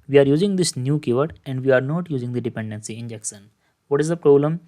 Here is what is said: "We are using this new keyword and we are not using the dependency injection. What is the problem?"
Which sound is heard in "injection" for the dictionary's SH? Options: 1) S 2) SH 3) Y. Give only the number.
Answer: 1